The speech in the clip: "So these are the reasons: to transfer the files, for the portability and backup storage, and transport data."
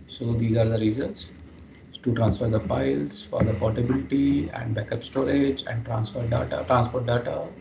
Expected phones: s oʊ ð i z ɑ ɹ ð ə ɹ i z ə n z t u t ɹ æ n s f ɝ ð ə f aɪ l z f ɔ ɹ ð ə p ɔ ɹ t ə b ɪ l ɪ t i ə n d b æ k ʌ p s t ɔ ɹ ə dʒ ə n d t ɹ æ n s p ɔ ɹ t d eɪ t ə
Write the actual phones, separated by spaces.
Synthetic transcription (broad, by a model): s oʊ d i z ɑ ɹ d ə ɹ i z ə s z t u t ɹ æ n s f ɝ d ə p aɪ l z f ɔ ɹ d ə p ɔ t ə b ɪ l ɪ t i ə n d b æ k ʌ p s t ɔ ɹ ə dʒ ə n d t ɹ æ n s p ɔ ɹ t d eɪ t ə